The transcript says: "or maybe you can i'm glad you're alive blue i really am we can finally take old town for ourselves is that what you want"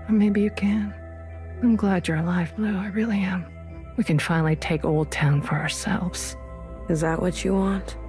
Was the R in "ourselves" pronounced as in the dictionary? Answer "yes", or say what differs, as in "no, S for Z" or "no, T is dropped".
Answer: yes